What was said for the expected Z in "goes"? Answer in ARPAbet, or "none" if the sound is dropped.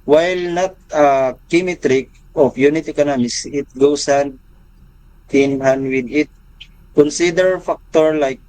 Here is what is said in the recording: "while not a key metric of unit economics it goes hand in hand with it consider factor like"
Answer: S